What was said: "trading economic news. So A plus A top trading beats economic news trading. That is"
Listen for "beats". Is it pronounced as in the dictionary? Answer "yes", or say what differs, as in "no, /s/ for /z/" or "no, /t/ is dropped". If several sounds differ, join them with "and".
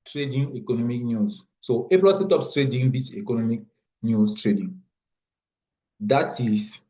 no, /s/ is dropped